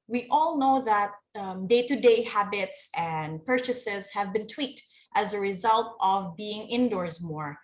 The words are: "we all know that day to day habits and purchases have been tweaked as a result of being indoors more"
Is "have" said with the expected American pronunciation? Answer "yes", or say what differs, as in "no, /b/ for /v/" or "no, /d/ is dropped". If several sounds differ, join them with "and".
yes